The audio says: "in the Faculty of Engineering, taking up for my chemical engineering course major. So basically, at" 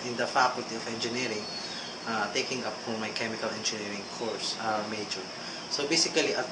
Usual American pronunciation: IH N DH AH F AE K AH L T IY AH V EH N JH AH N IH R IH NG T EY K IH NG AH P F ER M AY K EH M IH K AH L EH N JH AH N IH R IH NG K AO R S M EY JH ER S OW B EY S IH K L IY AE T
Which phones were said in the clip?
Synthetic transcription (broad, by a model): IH N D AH F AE K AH L T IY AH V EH N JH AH N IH R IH NG T EY K IH NG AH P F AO M AY K EH M IH K AH L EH N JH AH N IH R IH NG K AO R S M EY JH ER S OW B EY S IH K L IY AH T